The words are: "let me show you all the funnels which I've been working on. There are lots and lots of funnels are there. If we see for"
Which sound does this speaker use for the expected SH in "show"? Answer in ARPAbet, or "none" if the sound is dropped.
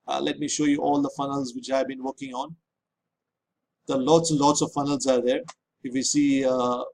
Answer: SH